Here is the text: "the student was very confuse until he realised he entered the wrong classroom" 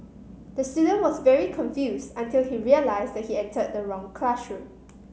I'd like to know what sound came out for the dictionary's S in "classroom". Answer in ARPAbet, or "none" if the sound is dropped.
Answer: SH